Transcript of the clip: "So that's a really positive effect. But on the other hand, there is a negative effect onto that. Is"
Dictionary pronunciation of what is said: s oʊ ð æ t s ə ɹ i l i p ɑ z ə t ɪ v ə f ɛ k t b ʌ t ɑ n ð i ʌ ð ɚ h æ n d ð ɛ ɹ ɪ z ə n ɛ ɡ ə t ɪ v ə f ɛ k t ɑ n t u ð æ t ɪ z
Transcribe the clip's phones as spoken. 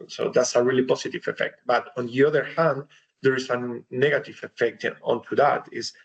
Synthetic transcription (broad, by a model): s oʊ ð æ t s ə ɹ i l i p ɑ s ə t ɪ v ə f ɛ k t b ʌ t ɑ n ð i ʌ ð ɚ h æ n d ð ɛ ɹ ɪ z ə n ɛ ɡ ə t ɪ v ə f ɛ k t ɑ n t u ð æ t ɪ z